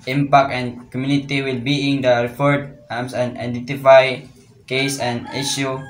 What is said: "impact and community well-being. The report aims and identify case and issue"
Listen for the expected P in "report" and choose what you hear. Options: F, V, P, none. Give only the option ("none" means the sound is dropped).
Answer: F